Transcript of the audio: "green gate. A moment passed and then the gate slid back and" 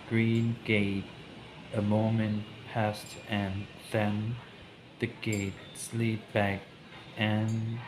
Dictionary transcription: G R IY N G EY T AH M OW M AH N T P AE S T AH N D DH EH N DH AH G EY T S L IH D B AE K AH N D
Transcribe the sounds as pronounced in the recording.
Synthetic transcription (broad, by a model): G R IY N G EY T AH M OW M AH N P AE S T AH N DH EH N DH AH G EY T S L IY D B AE K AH N